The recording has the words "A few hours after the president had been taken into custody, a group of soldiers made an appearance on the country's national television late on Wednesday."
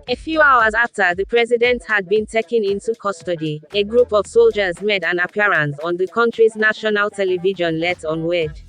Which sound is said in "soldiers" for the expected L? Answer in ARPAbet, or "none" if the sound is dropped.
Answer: L